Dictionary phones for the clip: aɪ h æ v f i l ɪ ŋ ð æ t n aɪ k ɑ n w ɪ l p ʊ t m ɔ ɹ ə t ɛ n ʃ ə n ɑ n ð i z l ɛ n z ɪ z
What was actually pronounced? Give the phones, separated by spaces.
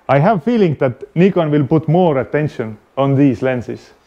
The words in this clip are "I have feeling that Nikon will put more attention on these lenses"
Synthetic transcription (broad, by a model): aɪ h æ v f i l ɪ ŋ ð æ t n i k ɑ n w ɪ l p ʊ t m ɔ ɹ ə t ɛ n ʃ ə n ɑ n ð i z l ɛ n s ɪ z